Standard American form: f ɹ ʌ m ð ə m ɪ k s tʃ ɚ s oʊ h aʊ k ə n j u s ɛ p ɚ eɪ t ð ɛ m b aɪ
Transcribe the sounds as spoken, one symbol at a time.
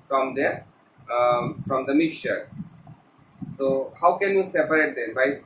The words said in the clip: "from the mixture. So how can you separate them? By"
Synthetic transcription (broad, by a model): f ɹ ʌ m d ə m ɪ k s tʃ ɚ s oʊ h aʊ k ə n j u s ɛ p ɚ eɪ t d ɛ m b aɪ